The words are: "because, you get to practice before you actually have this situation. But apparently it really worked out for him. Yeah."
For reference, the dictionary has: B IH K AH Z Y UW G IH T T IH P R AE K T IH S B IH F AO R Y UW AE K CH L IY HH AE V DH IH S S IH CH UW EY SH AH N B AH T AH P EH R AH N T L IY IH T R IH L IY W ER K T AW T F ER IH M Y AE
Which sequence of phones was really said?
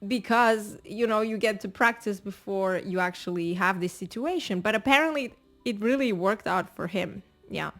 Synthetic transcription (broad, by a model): B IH K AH Z Y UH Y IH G T IH P R AE K T IH S B IH F AO R Y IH AE K CH L IY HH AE V DH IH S S IH CH UW EY SH AH N B AH T AH P EH R AH N T L IY IH T R IH L IY W ER K T AW T F ER IH M Y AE